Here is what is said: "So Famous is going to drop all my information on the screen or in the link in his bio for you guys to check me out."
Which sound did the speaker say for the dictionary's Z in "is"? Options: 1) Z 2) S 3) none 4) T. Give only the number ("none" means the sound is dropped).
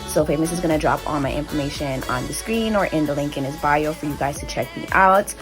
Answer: 1